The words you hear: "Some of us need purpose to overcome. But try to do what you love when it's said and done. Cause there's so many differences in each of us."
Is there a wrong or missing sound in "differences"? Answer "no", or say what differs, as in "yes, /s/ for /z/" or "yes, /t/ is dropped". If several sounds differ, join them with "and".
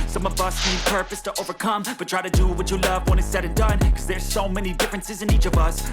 no